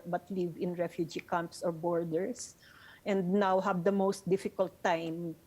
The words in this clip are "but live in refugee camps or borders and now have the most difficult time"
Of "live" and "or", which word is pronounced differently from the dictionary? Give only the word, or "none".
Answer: none